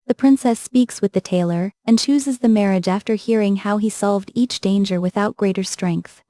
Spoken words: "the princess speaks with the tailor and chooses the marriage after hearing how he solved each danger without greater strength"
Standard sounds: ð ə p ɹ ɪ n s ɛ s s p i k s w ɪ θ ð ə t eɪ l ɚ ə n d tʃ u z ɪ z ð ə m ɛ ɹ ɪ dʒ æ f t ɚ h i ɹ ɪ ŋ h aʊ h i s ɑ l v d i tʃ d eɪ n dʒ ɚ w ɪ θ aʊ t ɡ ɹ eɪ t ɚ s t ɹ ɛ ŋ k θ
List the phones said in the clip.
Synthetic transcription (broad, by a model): ð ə p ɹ ɪ n s ɛ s s p i k s w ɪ ð ə t eɪ l ɚ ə n tʃ u z ɪ z ð ə m ɛ ɹ ɪ dʒ æ f t ɚ h i ɹ ɪ ŋ h aʊ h i s ɑ l v d i tʃ d eɪ n dʒ ɚ w ɪ θ aʊ t ɡ ɹ eɪ t ɚ s t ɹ ɛ ŋ k θ